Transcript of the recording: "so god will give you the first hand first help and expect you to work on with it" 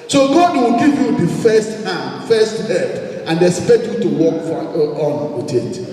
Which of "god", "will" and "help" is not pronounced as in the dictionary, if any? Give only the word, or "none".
help